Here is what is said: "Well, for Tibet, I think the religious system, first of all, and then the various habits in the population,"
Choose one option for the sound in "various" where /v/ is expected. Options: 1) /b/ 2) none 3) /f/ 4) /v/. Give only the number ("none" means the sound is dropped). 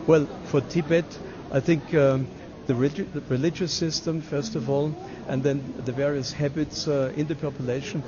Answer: 4